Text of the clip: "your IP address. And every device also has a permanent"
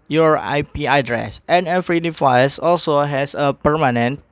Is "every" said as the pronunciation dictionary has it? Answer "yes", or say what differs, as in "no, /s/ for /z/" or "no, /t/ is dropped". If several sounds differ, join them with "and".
no, /f/ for /v/